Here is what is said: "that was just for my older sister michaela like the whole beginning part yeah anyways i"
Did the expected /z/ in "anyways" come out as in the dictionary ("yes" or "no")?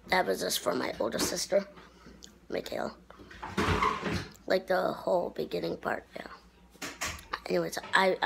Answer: no